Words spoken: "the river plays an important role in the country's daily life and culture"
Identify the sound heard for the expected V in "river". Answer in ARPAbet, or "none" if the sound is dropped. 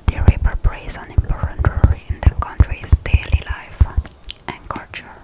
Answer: P